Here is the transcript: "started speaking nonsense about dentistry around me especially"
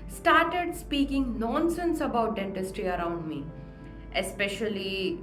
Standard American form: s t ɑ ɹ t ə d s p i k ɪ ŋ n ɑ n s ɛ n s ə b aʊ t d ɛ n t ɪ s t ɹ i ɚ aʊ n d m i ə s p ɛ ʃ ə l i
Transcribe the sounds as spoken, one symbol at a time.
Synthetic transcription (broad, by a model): s t ɑ ɹ t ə d s p i k ɪ ŋ n ɑ n s ɛ n s ə b aʊ t d ɛ n t ɪ s t ɹ i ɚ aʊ n d m i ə s p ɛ ʃ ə l i